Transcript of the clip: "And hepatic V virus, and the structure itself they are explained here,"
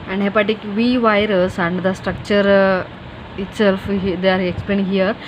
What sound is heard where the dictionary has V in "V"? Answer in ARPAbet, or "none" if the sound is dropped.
V